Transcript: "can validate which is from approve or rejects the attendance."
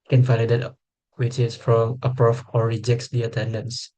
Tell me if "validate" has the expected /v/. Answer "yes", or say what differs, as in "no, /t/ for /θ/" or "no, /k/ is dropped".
no, /f/ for /v/